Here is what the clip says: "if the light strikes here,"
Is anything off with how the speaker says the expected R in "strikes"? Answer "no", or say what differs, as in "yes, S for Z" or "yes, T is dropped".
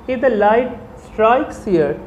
no